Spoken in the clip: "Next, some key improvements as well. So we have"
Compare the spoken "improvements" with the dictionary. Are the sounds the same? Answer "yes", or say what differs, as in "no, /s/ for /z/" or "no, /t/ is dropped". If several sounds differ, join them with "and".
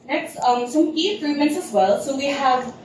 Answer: no, /v/ is dropped